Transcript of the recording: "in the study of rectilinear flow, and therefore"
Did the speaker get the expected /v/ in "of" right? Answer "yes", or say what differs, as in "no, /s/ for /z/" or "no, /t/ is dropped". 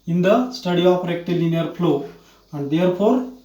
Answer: no, /p/ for /v/